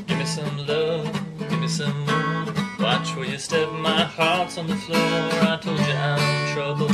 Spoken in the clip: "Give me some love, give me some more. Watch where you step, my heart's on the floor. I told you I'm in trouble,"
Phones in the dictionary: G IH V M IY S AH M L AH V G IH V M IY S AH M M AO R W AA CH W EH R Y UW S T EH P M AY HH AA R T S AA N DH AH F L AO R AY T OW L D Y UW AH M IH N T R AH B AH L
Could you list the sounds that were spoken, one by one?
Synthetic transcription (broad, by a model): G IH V M IY S AH M L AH G IH V M IY S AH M M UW W AA CH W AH L Y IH S T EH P M AY HH AA R T S N DH AH F L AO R AY T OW L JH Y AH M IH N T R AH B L